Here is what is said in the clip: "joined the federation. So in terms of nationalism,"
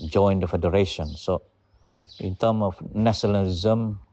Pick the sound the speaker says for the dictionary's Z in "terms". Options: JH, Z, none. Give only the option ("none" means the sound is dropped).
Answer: none